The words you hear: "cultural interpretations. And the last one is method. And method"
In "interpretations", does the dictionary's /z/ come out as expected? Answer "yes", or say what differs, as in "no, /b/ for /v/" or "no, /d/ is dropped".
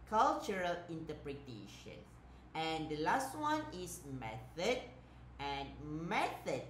no, /z/ is dropped